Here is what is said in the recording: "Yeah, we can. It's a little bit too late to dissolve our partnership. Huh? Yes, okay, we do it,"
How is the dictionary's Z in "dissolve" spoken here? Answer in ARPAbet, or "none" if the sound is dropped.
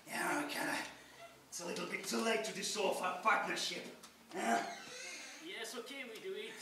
S